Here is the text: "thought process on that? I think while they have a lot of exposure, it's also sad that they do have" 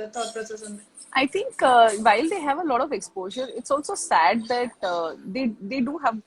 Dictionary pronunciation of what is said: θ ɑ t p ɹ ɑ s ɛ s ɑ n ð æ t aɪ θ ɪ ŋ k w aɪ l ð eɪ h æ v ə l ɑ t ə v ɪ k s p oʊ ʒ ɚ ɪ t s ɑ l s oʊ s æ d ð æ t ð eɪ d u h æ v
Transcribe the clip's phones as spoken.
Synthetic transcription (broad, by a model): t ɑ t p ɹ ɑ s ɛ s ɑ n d t aɪ t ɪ ŋ k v aɪ l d eɪ h æ v ə l ɑ t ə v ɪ k s p oʊ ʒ ɚ ɪ t s ɑ l s oʊ s æ d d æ t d eɪ d u h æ v